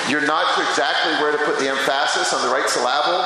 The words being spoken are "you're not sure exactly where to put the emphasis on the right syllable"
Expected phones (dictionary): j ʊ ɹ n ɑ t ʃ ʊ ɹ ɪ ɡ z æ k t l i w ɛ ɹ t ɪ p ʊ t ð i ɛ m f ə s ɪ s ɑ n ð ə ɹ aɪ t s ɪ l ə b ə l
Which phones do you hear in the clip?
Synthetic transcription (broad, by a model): j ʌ ɹ n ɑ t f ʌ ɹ ɪ ɡ z æ k t l i w ɛ ɹ t ɪ p ʊ t ð i ɛ m f ə s ɪ s n ð ə ɹ aɪ t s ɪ l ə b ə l